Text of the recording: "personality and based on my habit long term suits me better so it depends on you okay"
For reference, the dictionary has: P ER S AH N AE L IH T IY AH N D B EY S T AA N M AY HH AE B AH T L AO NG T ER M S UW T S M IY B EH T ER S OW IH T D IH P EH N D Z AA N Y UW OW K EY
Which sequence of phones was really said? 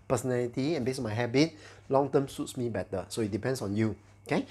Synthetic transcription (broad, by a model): P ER S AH N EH L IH T IY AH N B EY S AA N M AY HH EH B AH T L AO NG T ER M S UW T S M IY B EH T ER S OW IH T D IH P EH N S AA N Y UW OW K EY